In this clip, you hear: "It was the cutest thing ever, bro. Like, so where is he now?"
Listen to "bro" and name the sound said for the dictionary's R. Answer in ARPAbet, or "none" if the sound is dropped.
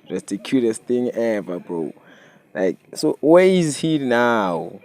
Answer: none